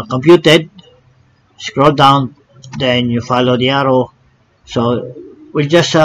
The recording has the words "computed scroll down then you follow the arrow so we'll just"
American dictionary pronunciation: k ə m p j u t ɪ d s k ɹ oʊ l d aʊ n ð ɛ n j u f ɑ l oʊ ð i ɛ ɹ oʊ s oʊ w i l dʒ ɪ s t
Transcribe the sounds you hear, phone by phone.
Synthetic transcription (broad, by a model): k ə m p j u t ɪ d s k ɹ oʊ l d aʊ n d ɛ n j u f ɑ l oʊ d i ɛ ɹ oʊ s oʊ w i l dʒ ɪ s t